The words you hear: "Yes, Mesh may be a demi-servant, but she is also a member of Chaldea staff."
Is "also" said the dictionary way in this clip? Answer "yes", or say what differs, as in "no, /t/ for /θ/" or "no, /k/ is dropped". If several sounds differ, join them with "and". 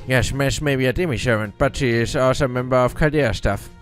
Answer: no, /l/ is dropped